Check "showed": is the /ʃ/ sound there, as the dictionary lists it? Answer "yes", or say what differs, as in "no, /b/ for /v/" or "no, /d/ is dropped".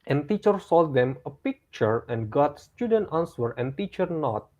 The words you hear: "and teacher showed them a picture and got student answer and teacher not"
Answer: no, /s/ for /ʃ/